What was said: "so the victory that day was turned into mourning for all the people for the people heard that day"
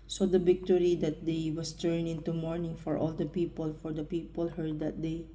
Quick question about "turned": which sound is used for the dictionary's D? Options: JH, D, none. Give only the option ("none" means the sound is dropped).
none